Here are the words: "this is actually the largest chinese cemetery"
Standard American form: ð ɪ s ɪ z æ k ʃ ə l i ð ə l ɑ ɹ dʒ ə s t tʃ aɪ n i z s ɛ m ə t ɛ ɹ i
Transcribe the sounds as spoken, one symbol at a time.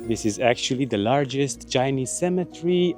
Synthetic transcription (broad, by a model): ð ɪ s ɪ z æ k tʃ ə l i ð ə l ɑ ɹ dʒ ə s t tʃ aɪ n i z s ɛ m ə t ɹ i